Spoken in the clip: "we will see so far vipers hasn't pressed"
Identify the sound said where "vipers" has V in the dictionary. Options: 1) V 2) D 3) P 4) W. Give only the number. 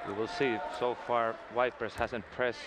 4